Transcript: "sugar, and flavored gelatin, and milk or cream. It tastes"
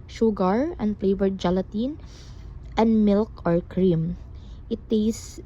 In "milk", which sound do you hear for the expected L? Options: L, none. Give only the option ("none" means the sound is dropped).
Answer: L